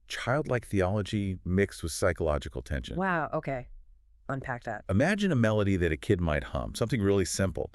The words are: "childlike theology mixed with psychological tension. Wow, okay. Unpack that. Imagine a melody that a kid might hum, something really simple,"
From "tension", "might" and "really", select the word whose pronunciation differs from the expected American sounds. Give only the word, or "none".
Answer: none